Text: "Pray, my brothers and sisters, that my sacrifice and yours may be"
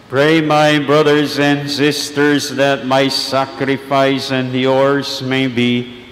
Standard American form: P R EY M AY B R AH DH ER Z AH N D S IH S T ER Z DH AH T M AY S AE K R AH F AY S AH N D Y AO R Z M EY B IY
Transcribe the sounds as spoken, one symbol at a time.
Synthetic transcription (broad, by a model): P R EY M AY B R AH DH ER Z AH N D S IH S T ER Z DH AH T M AY S AE K R AH F AY S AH N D Y AO R Z M EY B IY